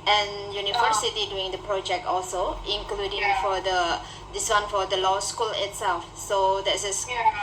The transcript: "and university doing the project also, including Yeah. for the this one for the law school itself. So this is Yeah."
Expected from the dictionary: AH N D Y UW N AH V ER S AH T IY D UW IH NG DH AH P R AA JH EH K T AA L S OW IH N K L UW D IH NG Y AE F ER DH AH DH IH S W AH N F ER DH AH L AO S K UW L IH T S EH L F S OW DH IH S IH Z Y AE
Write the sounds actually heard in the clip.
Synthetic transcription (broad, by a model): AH N Y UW N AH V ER S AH T IY D UW IH NG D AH P R AA JH EH K T AA L S OW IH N K L UW D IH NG F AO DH AH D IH S W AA N F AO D AH L AO S K UW L IH T S EH L F S OW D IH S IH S